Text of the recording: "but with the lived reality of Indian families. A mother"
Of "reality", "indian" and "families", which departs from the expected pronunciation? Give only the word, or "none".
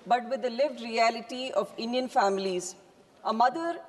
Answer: none